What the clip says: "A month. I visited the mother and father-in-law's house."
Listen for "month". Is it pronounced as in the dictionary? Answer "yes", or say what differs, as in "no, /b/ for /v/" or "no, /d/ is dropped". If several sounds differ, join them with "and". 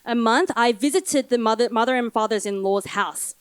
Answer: yes